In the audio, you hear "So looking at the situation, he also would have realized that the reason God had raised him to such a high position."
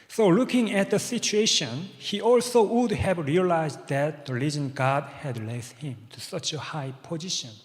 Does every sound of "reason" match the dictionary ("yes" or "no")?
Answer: no